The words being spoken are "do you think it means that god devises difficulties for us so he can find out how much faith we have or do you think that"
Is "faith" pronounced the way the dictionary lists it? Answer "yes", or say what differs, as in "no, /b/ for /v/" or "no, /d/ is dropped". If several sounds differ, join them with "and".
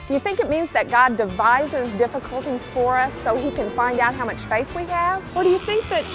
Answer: yes